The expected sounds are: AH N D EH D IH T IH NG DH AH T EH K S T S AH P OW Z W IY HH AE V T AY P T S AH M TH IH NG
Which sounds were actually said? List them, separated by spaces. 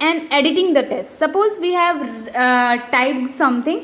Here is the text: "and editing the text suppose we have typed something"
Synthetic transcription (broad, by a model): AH N D EH D IH T IH NG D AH T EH S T S AH P OW Z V IY HH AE V T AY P S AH M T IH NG